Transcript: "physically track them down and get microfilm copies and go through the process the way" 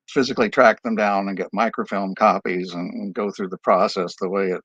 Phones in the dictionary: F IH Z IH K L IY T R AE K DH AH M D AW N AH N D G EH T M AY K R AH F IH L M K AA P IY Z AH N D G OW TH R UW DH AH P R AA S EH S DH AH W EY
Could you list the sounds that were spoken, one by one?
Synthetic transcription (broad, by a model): F IH Z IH K L IY T R AE K DH AH M D AW N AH N G EH T M AY K R AH F IH L M K AA P IY Z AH N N G OW TH R UW DH AH P R AA S EH S DH AH W EY